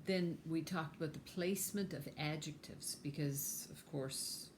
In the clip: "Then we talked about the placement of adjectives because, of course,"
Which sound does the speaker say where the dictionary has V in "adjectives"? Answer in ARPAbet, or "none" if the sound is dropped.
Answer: V